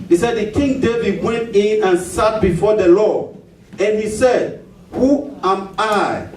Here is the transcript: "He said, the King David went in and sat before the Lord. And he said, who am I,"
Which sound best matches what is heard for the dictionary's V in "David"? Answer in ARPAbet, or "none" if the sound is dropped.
V